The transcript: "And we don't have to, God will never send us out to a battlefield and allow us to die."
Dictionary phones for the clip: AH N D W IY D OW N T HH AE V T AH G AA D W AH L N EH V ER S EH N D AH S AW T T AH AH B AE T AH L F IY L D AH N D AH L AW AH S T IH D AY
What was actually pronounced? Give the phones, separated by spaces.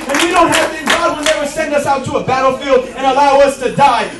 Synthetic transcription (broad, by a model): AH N W IY D OW N T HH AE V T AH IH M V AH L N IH W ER S EH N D AH S AW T T AH AH B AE T L F IY L D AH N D AH L AW AH S T IH D AY